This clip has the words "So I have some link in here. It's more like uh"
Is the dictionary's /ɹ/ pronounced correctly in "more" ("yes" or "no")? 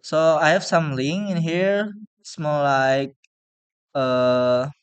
no